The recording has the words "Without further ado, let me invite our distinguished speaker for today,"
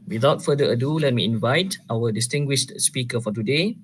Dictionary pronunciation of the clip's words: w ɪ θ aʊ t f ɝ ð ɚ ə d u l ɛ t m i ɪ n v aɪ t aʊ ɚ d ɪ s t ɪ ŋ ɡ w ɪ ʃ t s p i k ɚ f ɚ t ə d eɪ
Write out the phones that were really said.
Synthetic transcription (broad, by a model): w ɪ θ aʊ t f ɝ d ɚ ə d u l ɛ t m i ɪ n v aɪ t aʊ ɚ d ɪ s t ɪ ŋ ɡ w ɪ ʃ t s p i k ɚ f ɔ t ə d eɪ